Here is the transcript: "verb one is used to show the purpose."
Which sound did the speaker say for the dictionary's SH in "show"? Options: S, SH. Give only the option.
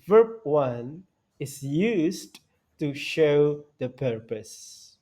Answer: SH